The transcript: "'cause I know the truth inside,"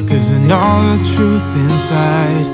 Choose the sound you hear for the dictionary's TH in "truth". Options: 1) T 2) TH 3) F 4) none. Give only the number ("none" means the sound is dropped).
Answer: 2